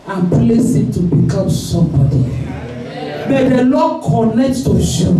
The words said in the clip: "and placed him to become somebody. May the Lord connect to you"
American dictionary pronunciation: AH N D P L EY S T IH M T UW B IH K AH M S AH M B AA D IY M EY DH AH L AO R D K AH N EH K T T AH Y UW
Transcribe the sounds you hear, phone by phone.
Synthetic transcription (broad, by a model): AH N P L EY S IH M T UW B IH K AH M S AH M B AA D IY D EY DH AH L AO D K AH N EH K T T AH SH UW